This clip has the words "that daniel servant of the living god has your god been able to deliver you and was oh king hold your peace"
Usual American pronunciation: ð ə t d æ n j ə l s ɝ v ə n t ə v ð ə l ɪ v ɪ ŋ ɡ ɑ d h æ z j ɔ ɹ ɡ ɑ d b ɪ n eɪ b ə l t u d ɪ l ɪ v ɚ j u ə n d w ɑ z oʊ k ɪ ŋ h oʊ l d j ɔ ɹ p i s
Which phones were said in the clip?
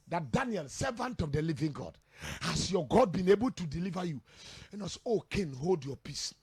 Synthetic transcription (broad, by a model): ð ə t d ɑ n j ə l s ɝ v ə n t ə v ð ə l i v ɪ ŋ ɡ ɑ d h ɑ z j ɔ ɡ ɑ d b ɪ n eɪ b ə l t u d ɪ l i v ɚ j u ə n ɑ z oʊ k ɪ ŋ h oʊ l d j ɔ p i s